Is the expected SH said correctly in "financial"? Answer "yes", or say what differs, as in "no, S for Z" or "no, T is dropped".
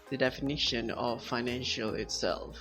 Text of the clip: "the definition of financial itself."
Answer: yes